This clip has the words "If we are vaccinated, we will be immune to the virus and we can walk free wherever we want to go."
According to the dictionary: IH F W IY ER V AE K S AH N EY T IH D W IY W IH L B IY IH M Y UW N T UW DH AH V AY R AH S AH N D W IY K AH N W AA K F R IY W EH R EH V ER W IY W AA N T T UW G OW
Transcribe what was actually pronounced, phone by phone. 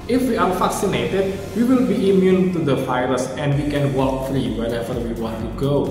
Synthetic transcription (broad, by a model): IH F W IY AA F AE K S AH N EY T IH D W IY W IH L B IY IH M Y UW N T UW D AH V AY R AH S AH N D W IY K AH N W AA K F R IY W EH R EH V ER W IY W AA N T T UW G OW